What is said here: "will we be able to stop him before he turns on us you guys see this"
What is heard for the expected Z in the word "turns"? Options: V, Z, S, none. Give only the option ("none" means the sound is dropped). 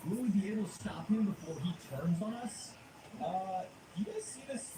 Z